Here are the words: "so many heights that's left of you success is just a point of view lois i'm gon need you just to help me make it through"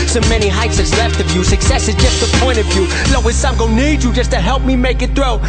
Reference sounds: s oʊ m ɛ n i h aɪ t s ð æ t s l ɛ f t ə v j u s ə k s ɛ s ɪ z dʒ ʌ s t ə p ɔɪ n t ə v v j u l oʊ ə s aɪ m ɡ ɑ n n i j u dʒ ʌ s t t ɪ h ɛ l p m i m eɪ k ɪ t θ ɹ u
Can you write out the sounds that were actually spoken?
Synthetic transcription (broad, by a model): s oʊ m ɛ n i h aɪ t s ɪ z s l ɛ f t ə v j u s ə k s ɛ s ɪ z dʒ ʌ s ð ə p ɔɪ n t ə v v j u l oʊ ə s aɪ m ɡ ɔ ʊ n i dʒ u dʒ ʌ s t t ɪ h ɛ l p m i m eɪ k ɪ t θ ɹ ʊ